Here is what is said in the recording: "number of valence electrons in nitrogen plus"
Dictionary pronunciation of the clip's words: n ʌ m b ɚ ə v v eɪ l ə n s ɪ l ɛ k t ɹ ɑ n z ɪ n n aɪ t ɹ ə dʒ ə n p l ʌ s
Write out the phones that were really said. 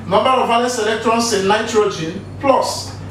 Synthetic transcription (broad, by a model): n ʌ m b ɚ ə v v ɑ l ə s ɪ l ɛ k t ɹ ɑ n s ɪ n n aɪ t ɹ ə dʒ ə n p l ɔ s